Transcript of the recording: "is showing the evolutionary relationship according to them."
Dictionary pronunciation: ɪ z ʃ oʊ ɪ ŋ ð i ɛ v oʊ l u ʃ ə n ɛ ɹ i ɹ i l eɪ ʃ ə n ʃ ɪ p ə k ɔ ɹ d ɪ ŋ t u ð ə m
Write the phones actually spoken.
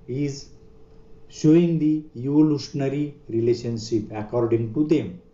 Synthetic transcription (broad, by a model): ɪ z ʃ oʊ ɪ ŋ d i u oʊ l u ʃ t n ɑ ɹ i ɹ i l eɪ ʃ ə n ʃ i p ə k ɔ ɹ d ɪ ŋ t u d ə m